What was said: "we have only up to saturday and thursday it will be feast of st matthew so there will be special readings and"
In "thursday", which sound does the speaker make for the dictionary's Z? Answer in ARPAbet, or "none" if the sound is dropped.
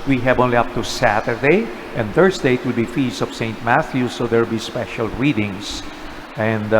S